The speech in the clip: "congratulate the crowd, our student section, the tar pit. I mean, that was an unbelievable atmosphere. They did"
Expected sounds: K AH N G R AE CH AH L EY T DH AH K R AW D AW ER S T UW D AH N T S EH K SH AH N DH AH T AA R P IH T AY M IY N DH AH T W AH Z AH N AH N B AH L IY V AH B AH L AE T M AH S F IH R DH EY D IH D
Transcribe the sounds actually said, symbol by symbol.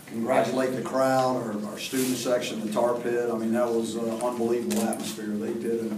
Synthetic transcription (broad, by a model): K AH N G R AE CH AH L EY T DH AH K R AW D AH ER S T UW D N T S EH K SH AH N DH AH T AA R P IH T AY M IY N DH AH T W AH Z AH AH N B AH L IY V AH B L AE T M AH S F IH R DH EY D IH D